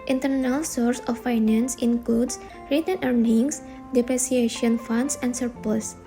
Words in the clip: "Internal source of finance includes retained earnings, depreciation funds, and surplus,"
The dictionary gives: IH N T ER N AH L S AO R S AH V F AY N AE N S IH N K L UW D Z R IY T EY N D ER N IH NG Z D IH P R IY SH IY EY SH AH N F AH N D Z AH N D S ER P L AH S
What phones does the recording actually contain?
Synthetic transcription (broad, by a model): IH N T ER N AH L S AO R S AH F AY N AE N S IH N K L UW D S R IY T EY N ER N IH NG S D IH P R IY S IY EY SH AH N F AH N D S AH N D S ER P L S